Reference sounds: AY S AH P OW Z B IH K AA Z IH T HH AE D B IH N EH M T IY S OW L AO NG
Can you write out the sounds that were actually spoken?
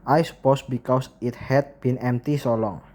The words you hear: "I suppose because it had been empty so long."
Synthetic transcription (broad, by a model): AY S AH P OW S B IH K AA S IH T HH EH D B IH N EH M T IY S OW L AO NG